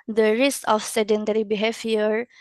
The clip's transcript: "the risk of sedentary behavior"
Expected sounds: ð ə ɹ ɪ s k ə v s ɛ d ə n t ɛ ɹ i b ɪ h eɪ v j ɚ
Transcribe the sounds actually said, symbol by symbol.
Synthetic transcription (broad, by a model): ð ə ɹ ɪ s ə f s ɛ d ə n t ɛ ɹ i b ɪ h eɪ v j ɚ